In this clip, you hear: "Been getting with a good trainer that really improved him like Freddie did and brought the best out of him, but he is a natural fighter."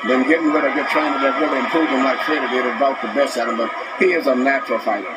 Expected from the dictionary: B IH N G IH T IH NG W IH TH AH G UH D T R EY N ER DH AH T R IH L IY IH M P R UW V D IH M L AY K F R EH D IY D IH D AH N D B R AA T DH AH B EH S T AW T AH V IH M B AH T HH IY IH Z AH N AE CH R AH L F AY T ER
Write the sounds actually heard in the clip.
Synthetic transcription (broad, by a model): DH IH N G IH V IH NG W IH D AH G UH D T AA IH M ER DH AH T R IH L IY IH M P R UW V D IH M L AY K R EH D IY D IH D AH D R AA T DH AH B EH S AW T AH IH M B AH T HH IY IH Z AH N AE CH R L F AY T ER